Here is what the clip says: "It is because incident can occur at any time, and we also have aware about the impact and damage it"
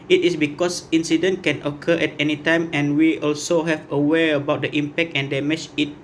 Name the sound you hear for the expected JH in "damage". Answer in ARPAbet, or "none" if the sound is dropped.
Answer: CH